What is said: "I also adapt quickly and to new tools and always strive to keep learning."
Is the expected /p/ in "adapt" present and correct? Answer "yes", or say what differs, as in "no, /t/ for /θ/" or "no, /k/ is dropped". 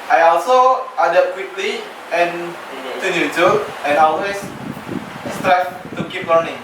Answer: no, /p/ is dropped